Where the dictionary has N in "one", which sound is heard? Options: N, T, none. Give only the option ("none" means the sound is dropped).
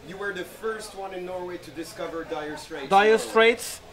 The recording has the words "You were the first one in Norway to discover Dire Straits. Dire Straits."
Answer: N